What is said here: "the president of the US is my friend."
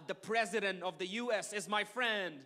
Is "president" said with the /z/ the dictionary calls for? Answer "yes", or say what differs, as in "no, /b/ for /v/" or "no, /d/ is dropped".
yes